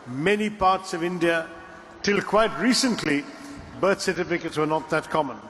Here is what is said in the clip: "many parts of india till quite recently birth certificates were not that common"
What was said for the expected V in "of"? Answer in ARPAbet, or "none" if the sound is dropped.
V